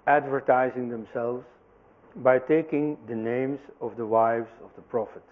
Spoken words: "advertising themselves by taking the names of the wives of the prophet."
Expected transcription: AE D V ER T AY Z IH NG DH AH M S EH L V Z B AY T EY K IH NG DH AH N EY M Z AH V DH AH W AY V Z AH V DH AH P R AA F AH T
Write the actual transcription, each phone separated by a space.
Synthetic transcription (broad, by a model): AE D V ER T AY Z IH NG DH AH M S EH L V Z B AY T EY K IH NG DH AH N EY M Z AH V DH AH W AY V Z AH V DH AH P R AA F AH T